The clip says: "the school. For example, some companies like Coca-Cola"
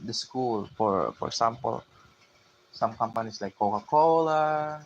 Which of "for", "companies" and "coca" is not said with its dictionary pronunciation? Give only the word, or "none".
companies